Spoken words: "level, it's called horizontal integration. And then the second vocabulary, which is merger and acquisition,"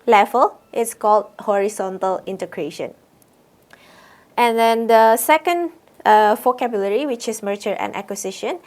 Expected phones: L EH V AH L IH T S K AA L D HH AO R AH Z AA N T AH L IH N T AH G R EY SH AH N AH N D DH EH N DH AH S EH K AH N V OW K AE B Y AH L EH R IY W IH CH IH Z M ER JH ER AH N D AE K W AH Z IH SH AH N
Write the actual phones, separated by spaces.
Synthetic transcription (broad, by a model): L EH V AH L IH T S K AA L D HH AO R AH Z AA N T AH L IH N T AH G R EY SH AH N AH N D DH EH N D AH S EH K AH N F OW K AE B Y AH L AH R IY W IH CH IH S M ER CH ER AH N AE K W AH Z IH SH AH N